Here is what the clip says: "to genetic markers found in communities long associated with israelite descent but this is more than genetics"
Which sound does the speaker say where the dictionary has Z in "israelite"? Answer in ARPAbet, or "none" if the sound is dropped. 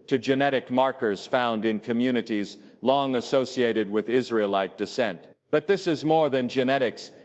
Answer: Z